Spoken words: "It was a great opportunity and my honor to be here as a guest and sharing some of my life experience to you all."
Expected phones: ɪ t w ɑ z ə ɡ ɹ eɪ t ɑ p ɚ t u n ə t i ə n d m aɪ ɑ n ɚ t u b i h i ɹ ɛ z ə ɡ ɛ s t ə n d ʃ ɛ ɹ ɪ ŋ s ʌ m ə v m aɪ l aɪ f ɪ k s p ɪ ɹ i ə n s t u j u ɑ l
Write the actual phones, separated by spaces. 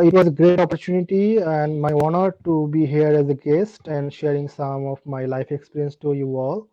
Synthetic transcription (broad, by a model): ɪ t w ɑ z ə ɡ ɹ eɪ t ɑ p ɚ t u n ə t i ə n d m aɪ ɑ n ɚ t u b i h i ɹ ɛ z ə ɡ ɛ s t ə n d ʃ ɛ ɹ ɪ ŋ s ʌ m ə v m aɪ l aɪ f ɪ k s p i ɹ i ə n s t u j u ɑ l